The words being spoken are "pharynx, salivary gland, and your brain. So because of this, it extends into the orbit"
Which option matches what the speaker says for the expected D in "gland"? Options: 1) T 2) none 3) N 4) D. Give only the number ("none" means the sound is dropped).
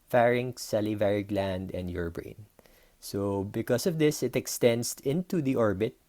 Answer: 4